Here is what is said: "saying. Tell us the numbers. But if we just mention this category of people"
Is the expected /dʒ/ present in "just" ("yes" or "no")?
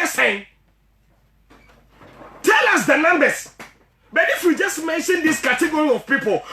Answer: yes